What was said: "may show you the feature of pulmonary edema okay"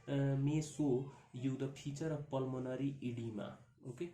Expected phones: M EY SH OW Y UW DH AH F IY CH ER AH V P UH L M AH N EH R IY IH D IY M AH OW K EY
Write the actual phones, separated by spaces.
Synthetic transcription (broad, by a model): M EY S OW Y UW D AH P IY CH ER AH P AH L M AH N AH R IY IH D IY M AH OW K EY